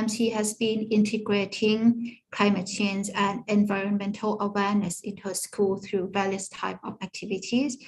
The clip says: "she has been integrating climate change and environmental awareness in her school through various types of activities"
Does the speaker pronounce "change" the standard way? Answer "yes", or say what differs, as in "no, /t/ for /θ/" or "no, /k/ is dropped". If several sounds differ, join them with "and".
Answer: no, /z/ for /dʒ/